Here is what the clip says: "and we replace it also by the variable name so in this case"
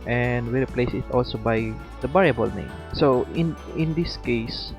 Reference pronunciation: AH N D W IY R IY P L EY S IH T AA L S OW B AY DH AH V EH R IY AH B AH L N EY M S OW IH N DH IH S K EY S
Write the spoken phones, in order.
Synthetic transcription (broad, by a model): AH N D W IY R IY P L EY S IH T AA L S OW B AY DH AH B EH R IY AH B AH L N EY M S OW IH N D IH S K EY S